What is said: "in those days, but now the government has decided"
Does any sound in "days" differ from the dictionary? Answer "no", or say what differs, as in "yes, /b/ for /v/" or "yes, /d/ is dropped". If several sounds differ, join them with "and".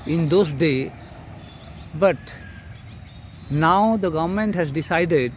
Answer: yes, /z/ is dropped